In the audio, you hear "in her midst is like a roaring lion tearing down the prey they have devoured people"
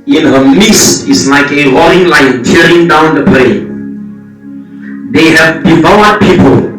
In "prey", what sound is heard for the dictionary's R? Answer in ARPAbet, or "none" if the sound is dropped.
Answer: L